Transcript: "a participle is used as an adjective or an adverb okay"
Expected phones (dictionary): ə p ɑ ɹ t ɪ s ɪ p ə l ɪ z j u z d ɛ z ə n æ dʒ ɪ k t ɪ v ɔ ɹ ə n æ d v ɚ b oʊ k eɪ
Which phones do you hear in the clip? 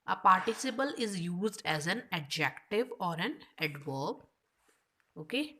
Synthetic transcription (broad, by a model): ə p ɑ ɹ t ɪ s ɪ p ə l ɪ z j u z d ɛ z ə n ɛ dʒ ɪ k t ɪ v ɔ ɹ ə n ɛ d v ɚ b oʊ k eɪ